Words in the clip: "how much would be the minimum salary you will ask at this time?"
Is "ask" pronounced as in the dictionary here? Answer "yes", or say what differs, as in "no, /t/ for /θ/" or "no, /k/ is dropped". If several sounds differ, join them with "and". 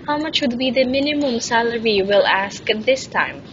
yes